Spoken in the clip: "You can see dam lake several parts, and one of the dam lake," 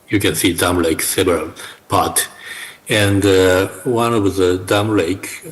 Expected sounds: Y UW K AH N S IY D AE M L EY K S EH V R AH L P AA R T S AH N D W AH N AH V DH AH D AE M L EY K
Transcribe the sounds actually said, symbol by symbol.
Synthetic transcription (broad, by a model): Y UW K AH N S IY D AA M L EY K S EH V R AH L P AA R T AH N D W AH N AH V DH AH D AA M L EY K